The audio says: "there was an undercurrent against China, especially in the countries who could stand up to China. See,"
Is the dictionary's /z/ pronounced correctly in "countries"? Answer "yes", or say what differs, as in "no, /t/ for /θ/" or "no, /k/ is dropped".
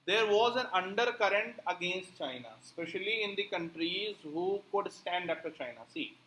yes